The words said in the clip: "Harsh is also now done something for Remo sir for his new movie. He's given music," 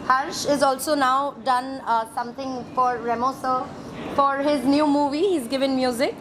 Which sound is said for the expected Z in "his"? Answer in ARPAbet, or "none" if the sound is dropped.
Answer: Z